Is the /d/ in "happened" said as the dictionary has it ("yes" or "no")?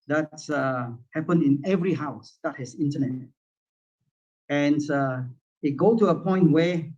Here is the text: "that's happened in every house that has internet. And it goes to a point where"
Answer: no